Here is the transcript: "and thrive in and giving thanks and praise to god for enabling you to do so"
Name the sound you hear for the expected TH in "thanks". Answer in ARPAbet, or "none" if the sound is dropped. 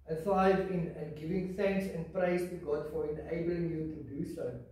TH